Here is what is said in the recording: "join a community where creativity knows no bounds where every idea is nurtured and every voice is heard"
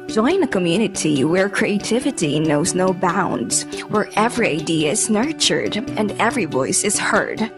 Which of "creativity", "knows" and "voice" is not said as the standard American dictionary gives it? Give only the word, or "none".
none